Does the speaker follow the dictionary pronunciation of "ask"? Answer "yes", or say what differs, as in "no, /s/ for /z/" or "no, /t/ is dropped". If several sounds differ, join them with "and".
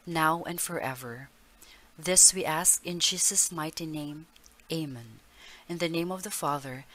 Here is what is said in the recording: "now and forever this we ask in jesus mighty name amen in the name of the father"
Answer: yes